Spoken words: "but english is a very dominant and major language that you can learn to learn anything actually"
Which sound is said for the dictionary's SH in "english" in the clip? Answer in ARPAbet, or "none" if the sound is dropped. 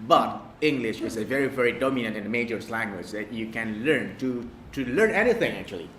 SH